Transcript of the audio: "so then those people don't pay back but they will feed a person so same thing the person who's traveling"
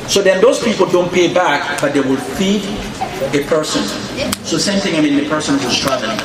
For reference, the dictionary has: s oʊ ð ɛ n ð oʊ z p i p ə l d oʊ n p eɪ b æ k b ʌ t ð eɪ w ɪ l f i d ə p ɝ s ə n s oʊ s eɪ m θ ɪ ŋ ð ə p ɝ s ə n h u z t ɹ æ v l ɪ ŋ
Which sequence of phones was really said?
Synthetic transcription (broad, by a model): s oʊ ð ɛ n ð oʊ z p i p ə l d oʊ n p eɪ b æ k b ʌ t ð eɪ w ɪ l f i d ə p ɝ s ə n s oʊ s eɪ m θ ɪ ŋ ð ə p ɝ s ə n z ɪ s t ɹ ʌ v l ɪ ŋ